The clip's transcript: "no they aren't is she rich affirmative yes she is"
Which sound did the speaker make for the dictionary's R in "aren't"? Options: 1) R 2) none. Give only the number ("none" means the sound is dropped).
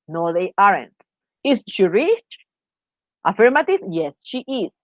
1